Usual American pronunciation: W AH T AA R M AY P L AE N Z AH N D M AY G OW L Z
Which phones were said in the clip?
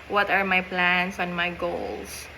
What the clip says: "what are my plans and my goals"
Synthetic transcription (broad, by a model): W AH T AA R M AY P L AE N S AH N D M AY G OW L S